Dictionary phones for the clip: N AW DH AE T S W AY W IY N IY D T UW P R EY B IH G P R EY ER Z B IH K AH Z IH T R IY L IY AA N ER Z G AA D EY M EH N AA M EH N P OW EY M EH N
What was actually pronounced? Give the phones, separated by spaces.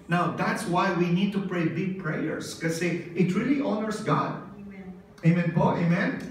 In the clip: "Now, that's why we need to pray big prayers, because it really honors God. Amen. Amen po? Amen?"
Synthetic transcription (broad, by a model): N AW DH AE T S W AY W IY N IY D T UW P R EY B IH G P R EY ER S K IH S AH IH T R IY L IY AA N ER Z G AA D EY AA M EH N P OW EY M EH N